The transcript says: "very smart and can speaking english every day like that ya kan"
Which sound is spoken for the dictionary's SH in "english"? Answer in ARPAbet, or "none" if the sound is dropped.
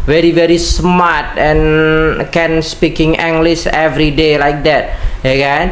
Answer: S